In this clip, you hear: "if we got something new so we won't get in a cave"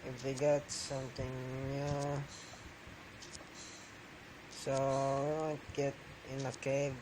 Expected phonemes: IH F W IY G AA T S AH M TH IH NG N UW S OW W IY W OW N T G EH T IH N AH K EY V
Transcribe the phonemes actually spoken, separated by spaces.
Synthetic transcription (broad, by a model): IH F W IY G AA T S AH M T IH NG N UW S OW W IY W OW N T G EH T IH N AH K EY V